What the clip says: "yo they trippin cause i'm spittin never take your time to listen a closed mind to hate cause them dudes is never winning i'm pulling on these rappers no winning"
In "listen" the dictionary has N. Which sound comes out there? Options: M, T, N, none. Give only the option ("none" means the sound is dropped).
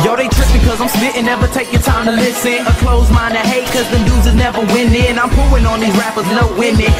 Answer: none